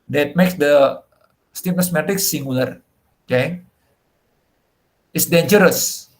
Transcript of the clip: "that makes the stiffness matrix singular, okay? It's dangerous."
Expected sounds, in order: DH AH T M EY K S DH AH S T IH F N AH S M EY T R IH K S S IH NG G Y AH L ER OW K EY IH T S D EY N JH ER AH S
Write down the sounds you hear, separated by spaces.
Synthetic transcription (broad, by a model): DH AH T M EY K S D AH S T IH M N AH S M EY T IH K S S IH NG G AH L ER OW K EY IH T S D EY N JH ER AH S